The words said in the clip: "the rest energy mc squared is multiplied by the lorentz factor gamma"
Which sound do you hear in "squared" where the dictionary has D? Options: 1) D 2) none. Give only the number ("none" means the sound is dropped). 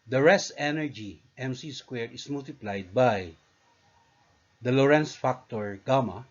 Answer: 2